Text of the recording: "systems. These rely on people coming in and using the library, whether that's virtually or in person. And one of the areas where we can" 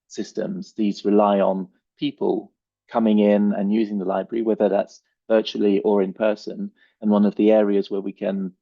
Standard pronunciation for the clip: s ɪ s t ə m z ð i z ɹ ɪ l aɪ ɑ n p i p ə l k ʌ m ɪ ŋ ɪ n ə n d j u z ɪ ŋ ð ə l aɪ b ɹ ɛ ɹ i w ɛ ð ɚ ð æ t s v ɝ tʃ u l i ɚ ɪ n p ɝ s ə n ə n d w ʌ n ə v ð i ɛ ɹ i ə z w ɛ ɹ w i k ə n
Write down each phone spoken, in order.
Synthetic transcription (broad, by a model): s ɪ s t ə m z ð i z ɹ ɪ l aɪ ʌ n p i p ə l k ʌ m ɪ ŋ ɪ n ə n j u z ɪ ŋ ð ə l aɪ b ɹ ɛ ɹ i w ɛ ð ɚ ð æ t s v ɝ tʃ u l i ɚ ɪ n p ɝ s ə n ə n w ʌ n ə v ð i ɛ ɹ i ə z w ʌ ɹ w i k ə n